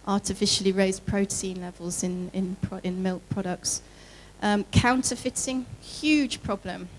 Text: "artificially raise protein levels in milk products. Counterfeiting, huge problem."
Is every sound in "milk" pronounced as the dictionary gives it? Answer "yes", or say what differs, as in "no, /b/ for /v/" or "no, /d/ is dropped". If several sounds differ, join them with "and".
yes